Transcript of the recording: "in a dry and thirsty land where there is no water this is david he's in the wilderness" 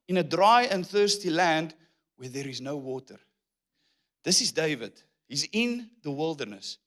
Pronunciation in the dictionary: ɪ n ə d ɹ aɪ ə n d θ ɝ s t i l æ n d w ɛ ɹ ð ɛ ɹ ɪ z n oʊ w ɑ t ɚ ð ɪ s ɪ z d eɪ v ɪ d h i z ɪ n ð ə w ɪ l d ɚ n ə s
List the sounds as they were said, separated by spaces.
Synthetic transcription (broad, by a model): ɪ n ə d ɹ aɪ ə n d θ ɝ s t i l æ n d w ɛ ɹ ð ɛ ɹ ɪ z n oʊ w ɑ t ɚ ð ɪ s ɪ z d eɪ v ɪ d h i z ɪ n ð ə w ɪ l d ɚ n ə s